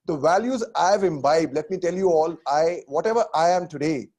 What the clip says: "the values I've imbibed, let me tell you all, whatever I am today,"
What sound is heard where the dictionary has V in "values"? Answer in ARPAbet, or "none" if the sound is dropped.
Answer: V